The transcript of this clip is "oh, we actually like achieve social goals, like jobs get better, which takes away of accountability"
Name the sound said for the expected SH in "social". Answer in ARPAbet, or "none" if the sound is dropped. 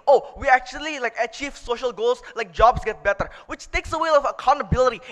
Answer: SH